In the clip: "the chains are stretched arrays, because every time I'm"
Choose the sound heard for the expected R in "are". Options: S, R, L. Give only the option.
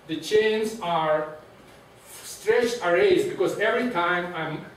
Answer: R